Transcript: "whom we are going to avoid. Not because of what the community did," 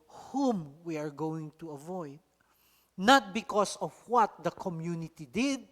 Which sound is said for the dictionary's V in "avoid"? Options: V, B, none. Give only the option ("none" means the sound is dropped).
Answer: V